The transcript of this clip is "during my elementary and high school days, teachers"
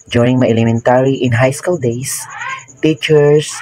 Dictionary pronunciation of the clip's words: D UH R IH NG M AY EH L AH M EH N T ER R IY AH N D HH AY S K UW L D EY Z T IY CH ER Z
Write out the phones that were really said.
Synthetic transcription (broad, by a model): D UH R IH NG M AY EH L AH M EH N T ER R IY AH N HH AY S K UW L D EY S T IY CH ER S